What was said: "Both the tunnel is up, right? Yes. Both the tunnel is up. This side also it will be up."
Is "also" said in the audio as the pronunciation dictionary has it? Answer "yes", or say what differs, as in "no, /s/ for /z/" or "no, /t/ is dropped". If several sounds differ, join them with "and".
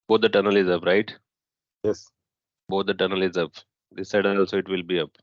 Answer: yes